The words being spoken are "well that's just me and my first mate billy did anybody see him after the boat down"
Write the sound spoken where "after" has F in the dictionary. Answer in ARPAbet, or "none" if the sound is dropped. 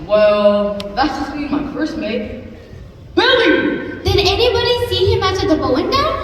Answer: none